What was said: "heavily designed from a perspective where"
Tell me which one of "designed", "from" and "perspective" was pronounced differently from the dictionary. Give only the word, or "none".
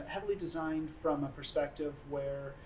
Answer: none